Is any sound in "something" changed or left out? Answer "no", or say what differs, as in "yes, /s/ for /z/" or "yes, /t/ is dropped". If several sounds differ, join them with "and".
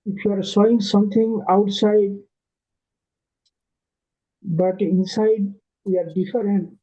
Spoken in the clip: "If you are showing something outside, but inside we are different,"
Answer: yes, /t/ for /θ/